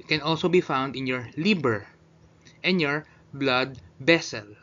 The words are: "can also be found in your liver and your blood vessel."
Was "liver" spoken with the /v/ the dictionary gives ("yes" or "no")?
no